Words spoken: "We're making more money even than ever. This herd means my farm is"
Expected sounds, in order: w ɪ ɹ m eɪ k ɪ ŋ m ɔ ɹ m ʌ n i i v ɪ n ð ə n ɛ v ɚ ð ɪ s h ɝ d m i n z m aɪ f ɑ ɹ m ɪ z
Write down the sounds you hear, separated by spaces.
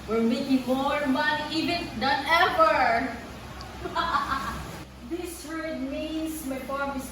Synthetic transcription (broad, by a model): w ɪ ɹ m eɪ k ɪ ŋ m ɔ ɹ m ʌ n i i v ɪ n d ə n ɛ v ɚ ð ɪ s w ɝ d m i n s m aɪ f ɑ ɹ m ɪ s